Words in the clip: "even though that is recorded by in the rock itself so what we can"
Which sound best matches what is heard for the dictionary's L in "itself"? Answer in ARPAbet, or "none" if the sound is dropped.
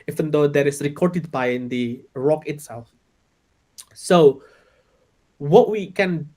L